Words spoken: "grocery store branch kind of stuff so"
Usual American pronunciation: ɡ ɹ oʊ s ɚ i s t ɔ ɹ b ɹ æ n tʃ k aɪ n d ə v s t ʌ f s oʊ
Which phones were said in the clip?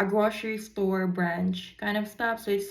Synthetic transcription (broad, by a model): ɡ ɹ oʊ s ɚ i s t ɔ ɹ b ɹ æ n tʃ k aɪ n d ə v s t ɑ p s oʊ